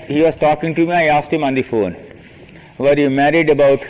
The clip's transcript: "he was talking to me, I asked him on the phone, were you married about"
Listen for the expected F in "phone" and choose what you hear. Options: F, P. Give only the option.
F